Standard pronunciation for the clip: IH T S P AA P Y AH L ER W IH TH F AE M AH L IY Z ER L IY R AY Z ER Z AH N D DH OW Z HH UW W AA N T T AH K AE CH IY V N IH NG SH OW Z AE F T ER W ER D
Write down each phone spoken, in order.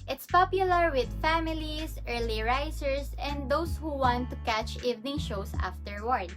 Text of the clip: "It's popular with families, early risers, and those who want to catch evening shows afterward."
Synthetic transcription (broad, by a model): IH T S P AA P Y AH L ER W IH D F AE M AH L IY S ER L IY R AY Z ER S AH N D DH OW S HH UW W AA N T T AH K AE CH IY V N IH NG SH OW S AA F T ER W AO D